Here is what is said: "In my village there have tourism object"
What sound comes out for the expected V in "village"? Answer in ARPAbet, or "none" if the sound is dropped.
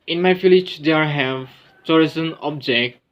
F